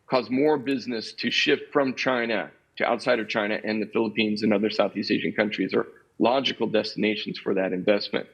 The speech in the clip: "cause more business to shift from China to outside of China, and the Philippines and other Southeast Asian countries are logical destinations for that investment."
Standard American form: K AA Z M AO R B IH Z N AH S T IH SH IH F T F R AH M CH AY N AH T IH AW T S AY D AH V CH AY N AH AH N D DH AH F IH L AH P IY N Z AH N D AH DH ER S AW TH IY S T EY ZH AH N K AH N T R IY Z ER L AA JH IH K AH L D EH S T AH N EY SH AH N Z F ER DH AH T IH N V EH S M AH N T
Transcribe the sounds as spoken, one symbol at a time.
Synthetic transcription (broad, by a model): K AA Z M AO R B IH Z N AH S T IH SH IH F T F R AH M CH AY N AH T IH AW T S AY D AH V CH AY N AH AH N DH AH F IH L AH P IY N Z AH N AH DH ER S AW TH IY S T EY ZH AH N K AH N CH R IY Z ER L AA JH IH K L D EH S T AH N EY SH N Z F ER DH AH T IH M V EH S M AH N T